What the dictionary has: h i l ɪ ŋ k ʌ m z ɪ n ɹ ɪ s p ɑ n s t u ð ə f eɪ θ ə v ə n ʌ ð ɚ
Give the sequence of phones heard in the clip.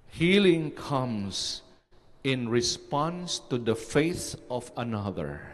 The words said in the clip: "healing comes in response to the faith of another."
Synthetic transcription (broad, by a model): h i l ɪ ŋ k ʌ m s ɪ n ɹ ɪ s p ɑ n s t u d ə f eɪ θ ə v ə n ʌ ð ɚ